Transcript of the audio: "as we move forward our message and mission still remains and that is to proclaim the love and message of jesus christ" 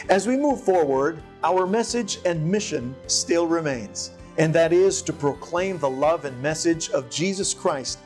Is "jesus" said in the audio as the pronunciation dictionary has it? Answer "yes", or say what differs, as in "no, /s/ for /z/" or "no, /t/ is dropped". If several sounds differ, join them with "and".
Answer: yes